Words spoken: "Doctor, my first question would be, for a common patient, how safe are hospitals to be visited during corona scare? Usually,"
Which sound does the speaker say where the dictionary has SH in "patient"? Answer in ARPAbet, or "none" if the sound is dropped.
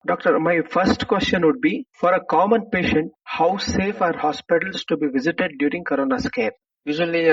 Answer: SH